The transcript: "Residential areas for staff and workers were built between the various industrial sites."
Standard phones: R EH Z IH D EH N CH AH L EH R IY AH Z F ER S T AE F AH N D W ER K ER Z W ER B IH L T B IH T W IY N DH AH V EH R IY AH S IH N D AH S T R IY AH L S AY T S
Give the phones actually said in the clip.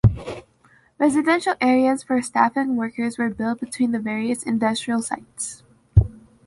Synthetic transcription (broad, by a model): R EH Z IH D EH N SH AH L EH R IY AH Z F ER S T AE F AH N W ER K ER Z W ER B IH L T B IH T W IY N DH AH V EH R IY AH S IH N D AH S T R IY AH L S AY T S